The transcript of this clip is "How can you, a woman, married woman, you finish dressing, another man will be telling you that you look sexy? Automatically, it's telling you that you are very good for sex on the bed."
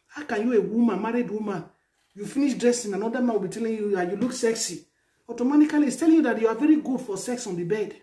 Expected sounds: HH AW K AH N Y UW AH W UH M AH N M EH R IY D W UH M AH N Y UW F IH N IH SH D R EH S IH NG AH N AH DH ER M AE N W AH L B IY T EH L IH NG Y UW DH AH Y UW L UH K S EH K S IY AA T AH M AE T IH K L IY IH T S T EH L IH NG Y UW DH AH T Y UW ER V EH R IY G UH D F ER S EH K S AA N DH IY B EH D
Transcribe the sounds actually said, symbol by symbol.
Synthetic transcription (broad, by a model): HH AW K AH N Y UW AH W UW M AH N M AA R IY D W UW M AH N Y UW F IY N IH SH D R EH S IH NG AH N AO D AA M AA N W AH L B IY T EH L IH NG Y UW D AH Y UW L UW K S EH K S IY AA T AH M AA T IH K L IY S T EH L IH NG Y UW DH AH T Y UW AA V EH R IY G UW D F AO S EH K S AA N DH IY B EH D